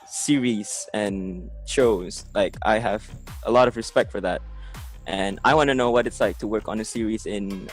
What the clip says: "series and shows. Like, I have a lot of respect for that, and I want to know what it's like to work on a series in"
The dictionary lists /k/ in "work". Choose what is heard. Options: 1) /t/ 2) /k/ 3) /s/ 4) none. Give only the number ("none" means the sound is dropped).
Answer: 2